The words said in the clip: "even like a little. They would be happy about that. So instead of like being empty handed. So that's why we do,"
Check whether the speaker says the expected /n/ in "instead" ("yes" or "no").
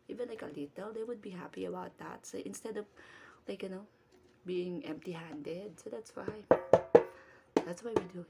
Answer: yes